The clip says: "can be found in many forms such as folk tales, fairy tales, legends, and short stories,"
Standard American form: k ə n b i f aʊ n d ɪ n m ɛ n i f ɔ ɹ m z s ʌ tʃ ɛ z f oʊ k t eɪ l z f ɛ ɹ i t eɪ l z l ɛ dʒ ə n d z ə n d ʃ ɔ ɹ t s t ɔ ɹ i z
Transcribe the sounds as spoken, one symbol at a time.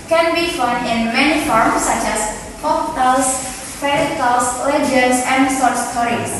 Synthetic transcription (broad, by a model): k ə n b i f aʊ n d ɪ n m ɛ n i f ɔ ɹ m s ʌ tʃ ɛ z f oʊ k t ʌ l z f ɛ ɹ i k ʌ l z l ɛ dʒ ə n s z ə n d s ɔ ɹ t s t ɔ ɹ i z